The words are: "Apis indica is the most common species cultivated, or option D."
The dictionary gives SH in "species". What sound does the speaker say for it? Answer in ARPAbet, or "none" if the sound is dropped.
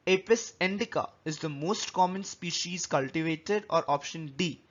SH